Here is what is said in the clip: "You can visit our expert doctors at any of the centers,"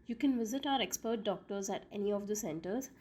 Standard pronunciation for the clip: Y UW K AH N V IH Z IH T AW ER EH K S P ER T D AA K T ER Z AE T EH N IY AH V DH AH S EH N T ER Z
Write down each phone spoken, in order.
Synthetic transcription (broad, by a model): Y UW K AH N V IH Z IH T AW ER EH K S P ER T D AA K T ER Z AE T EH N IY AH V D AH S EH N T ER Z